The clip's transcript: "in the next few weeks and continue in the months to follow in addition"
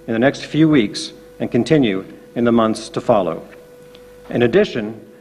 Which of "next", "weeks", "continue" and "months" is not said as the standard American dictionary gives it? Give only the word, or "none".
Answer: none